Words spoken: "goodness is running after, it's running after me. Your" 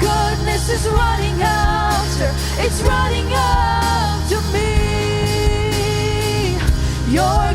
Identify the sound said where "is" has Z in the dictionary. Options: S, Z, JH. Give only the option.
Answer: Z